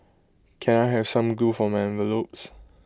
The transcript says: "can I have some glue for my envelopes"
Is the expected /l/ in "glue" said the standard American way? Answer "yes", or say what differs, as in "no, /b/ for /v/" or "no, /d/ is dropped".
no, /l/ is dropped